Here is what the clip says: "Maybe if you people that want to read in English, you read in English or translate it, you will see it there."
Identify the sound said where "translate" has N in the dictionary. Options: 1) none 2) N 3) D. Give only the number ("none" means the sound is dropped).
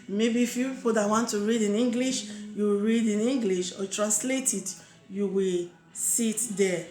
2